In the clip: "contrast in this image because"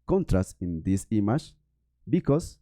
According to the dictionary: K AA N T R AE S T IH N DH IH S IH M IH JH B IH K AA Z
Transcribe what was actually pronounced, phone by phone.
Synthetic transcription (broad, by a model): K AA N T R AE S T IH N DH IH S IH M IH SH B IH K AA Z